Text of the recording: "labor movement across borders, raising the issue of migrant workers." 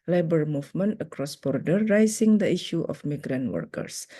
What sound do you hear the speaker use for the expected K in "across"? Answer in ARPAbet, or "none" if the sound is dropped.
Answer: K